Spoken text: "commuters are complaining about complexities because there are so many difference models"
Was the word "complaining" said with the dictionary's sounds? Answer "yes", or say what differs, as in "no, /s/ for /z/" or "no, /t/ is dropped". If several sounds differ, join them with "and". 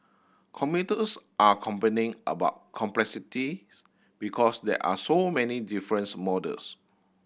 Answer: no, /l/ is dropped